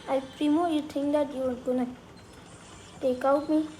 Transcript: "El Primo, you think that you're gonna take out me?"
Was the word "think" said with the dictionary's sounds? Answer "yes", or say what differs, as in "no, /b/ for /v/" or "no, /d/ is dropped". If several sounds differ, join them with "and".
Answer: no, /t/ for /θ/